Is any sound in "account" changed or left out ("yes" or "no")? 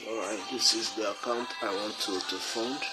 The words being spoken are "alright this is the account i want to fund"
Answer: no